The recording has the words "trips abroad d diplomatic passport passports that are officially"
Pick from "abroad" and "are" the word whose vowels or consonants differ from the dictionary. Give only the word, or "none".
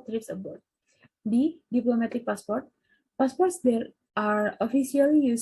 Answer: abroad